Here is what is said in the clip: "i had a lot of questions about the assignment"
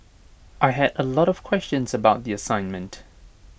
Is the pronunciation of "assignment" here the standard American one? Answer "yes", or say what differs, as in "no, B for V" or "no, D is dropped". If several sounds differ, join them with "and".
yes